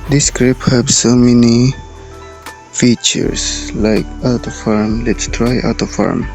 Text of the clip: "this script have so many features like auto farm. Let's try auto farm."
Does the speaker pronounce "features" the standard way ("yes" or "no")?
no